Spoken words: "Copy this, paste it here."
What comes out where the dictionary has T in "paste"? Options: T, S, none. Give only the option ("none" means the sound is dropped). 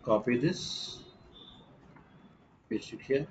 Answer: none